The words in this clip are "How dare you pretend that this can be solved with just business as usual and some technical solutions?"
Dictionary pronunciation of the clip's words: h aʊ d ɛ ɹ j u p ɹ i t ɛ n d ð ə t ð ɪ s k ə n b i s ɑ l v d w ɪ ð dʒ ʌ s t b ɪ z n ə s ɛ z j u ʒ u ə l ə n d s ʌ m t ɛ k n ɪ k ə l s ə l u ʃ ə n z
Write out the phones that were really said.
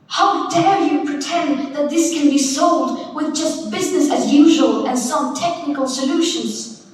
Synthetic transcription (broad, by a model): h aʊ d ɛ ɹ j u p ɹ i t ɛ n ð ə t ð ɪ s k ə n b i s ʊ l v d w ɪ ð dʒ ʌ s t b ɪ z n ə s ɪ z j u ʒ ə l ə n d s ʌ m t ɛ k n ɪ k ə l s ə l u ʃ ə n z